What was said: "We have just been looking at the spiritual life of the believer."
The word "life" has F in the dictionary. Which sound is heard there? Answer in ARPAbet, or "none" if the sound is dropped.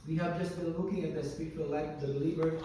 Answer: none